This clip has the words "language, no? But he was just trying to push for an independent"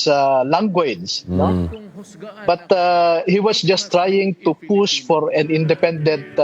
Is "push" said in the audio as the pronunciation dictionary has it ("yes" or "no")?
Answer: no